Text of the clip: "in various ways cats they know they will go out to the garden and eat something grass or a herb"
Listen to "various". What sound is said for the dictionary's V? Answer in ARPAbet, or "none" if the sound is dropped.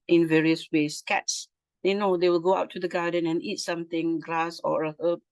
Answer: V